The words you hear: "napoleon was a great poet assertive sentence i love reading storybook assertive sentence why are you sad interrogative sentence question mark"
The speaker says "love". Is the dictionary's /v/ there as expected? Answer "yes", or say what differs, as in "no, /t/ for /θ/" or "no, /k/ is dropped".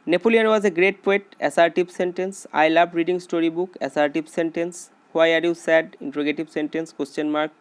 no, /b/ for /v/